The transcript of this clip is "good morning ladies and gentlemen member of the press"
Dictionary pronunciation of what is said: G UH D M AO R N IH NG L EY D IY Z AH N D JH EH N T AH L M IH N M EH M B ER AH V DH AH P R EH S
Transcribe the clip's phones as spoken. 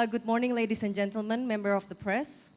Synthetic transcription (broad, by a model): G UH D M AO R N IH NG L EY D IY S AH N JH EH N T AH L M IH N M EH M B ER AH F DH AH P R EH S